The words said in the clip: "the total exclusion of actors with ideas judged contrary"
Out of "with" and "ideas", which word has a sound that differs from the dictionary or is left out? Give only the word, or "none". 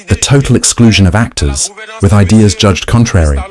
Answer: none